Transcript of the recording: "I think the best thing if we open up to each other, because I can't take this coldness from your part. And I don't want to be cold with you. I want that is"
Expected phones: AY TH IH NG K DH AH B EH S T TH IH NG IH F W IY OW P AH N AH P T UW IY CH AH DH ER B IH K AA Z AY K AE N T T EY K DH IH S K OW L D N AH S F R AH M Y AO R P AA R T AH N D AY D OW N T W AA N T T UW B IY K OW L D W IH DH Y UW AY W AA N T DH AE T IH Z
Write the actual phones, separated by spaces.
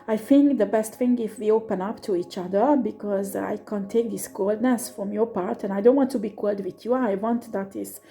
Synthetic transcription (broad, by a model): AY TH IH NG K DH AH B EH S T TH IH NG IH F W IY OW P AH N AH P T UW IY CH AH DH ER B IH K AA Z AY K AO N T T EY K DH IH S K OW L D N AH S F R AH M Y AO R P AA R T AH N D AY D OW N T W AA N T T UW B IY K OW L D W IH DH Y UW AY W AA N T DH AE T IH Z